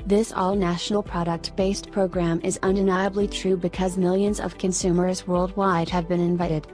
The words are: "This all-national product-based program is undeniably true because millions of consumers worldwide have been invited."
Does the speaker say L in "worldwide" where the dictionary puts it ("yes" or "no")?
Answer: yes